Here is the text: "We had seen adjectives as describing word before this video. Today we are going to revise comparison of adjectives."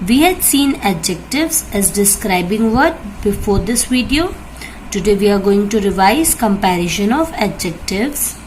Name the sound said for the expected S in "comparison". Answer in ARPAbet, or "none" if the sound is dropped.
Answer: SH